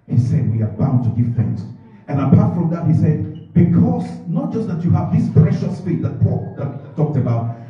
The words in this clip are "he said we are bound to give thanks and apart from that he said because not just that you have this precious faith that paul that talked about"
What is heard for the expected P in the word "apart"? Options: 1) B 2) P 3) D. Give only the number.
2